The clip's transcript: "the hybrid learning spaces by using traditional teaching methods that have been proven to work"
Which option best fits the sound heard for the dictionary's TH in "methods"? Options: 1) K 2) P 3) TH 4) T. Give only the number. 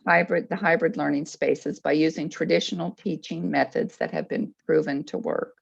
3